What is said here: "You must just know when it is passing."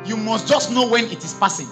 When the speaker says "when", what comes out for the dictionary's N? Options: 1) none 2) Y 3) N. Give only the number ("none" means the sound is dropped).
3